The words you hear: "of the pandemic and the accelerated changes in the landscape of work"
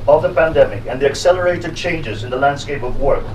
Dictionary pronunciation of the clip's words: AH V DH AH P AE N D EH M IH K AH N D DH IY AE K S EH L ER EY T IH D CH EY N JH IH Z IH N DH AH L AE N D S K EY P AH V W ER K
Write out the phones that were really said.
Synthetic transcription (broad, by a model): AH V DH AH P AE N D EH M IH K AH N DH IY AE K S EH L ER EY T IH D CH EY N JH IH Z IH N DH AH L AE N D S K EY P AH V W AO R